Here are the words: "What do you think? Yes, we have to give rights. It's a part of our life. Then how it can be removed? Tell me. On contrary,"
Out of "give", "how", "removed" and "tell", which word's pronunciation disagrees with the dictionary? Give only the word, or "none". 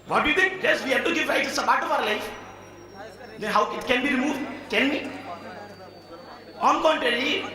tell